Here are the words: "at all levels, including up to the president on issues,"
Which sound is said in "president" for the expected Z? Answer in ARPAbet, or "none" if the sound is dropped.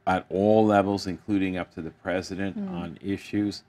Z